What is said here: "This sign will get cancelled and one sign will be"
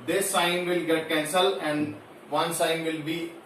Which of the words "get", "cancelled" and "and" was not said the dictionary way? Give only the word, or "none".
cancelled